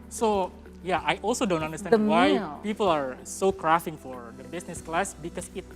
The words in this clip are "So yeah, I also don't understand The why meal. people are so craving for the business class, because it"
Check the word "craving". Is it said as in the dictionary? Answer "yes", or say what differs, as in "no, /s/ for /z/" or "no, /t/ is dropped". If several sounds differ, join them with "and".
no, /f/ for /v/